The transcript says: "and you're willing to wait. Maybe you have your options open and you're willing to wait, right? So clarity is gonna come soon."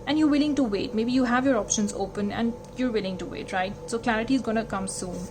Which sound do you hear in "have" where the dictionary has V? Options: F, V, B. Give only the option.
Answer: V